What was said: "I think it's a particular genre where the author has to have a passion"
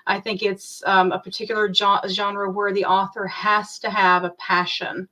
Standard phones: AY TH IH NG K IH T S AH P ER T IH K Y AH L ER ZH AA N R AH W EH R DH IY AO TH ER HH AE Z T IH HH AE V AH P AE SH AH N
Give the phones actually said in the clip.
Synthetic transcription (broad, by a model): AY TH IH NG K IH T S AH P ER T IH K Y L ER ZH AA N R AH W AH R DH IY AO TH ER HH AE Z T IH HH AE V AH P AE SH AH N